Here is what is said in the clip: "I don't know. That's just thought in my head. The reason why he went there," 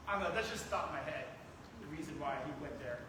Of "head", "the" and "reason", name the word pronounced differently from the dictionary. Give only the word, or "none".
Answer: none